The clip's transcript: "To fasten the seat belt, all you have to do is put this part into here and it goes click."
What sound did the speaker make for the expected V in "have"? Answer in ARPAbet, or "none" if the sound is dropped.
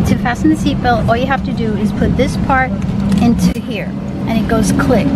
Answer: F